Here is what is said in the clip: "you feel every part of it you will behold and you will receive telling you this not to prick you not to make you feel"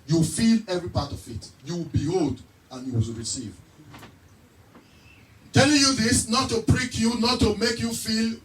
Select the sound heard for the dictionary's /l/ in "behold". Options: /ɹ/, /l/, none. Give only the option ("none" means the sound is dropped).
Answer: /l/